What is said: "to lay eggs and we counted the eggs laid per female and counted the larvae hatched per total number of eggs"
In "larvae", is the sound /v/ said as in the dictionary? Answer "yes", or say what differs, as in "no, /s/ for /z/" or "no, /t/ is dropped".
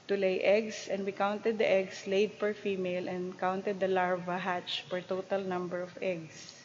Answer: yes